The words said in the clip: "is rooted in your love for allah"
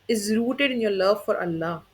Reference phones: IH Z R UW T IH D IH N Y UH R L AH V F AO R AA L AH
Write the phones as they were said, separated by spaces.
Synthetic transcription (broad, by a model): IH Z R UW T IH D IH N Y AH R L AH V F AO R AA L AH